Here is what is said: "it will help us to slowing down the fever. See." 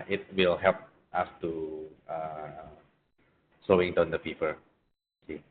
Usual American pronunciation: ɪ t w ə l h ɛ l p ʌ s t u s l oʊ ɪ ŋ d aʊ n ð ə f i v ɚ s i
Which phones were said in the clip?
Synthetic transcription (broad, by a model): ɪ t w ə l h ɛ l p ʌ s t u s oʊ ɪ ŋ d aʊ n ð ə p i p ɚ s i